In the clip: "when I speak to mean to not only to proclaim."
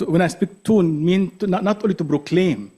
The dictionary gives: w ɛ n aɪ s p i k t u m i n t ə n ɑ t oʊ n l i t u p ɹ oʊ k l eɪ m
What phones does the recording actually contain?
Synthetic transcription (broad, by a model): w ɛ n aɪ s p i k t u m i n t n n ɑ t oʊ l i t u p ɹ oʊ k l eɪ m